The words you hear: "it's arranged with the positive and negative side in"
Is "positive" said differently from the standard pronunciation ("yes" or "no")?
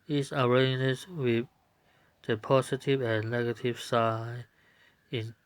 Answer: yes